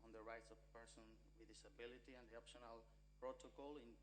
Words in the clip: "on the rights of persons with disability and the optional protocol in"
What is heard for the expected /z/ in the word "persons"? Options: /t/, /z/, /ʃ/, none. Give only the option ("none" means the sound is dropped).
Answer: none